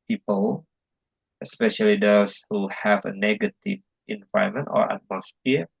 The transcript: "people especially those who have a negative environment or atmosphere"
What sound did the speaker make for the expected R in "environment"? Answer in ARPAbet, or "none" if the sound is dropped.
none